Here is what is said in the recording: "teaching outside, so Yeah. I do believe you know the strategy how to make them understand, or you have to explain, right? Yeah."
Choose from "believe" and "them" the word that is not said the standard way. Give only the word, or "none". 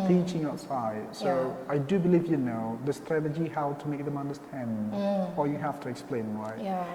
none